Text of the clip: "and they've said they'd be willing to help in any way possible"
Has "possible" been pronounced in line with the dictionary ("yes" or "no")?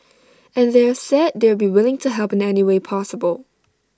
yes